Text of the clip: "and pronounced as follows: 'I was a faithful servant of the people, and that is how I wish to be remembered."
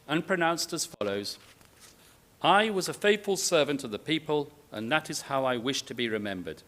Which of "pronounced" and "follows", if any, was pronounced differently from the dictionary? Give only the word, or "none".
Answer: none